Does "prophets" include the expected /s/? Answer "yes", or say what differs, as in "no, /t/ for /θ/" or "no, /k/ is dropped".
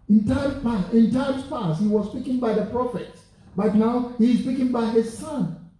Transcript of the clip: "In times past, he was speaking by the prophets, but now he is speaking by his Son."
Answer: no, /s/ is dropped